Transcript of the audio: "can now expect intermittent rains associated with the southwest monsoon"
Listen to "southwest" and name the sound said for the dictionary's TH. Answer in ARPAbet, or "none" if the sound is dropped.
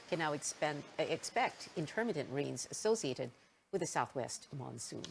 TH